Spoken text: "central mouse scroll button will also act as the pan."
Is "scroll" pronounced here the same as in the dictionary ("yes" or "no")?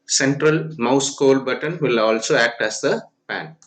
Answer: no